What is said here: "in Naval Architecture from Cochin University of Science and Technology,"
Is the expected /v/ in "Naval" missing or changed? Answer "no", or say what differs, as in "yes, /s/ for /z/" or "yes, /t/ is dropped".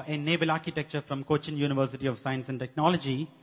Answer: yes, /b/ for /v/